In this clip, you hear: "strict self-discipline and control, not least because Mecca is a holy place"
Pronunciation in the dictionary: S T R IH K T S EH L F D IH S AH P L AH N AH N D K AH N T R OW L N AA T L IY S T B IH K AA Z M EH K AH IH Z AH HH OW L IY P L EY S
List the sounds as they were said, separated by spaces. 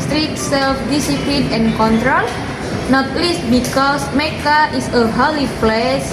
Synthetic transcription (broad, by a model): S T R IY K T S EH L F D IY S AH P L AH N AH N K AH N T R OW L N AA T L IY S T B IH K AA S M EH K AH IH S AH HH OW L IY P L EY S